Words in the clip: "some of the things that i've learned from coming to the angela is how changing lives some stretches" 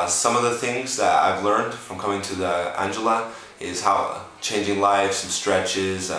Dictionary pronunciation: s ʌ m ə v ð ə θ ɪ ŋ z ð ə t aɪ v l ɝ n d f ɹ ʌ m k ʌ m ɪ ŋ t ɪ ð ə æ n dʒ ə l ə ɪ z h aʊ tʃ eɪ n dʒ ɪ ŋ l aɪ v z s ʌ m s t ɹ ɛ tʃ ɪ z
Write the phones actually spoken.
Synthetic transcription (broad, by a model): s ʌ m ə v ð ə θ ɪ ŋ z ð ə t aɪ v l ɝ n d f ɹ ʌ m k ʌ m ɪ ŋ t ɪ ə æ n dʒ ə l ə ɪ z h aʊ tʃ eɪ n dʒ ɪ ŋ l aɪ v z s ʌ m s t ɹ ɛ tʃ ɪ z